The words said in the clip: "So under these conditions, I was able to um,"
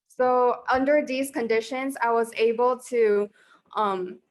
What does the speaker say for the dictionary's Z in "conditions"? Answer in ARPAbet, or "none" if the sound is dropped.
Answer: Z